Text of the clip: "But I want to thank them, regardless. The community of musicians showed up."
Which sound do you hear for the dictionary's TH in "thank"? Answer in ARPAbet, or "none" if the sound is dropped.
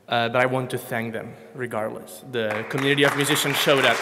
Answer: TH